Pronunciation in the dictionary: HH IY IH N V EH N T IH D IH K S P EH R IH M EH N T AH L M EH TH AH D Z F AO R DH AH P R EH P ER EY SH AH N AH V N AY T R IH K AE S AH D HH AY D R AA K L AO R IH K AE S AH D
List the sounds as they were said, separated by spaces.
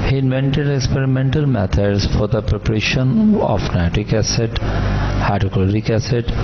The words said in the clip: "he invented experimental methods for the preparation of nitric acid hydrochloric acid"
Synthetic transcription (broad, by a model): HH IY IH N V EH N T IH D IH K S P EH R IH M EH N T AH L M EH T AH D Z F AO R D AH P R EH P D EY SH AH N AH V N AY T IH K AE S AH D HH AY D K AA L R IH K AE S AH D